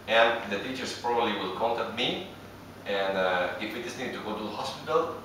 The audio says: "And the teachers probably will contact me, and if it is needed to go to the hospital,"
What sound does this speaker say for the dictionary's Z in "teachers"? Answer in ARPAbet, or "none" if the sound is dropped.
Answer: S